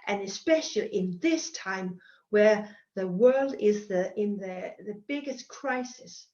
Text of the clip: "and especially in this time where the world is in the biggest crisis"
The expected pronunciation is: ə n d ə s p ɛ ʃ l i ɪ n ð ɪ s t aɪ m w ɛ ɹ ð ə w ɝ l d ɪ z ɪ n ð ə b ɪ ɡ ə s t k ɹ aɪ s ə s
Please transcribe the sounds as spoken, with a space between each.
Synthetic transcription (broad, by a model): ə n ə s p ɛ ʃ l i ɪ n ð ɪ s t aɪ m w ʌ ɹ ð ə w ɝ l d ɪ z ɪ n ð ə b ɪ ɡ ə s k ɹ aɪ s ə s